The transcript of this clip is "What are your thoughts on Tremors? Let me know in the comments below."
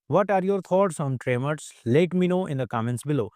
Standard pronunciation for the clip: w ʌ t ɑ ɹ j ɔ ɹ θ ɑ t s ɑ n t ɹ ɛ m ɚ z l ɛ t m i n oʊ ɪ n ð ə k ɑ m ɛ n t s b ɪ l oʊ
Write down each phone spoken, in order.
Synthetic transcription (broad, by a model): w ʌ t ɑ ɹ j ɔ ɹ t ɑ t s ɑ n t ɹ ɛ m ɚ s l ɛ t m i n oʊ ɪ n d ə k ɑ m ɛ n t s b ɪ l oʊ